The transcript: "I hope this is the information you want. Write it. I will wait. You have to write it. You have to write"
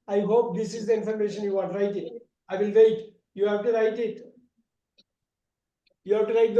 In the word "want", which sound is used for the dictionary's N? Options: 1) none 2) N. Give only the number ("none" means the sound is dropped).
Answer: 1